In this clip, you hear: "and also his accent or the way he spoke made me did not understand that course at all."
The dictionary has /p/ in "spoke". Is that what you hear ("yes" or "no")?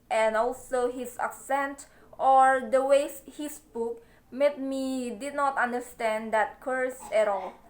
no